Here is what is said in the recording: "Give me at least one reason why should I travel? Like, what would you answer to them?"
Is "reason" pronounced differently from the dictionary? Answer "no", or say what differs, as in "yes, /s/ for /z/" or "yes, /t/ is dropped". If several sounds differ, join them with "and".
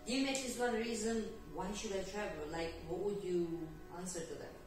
no